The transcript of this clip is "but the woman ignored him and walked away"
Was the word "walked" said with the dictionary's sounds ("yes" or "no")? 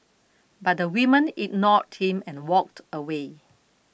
yes